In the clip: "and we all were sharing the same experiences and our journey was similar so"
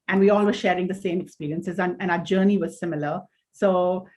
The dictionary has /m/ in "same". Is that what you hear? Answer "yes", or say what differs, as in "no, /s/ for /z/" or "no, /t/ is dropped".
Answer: yes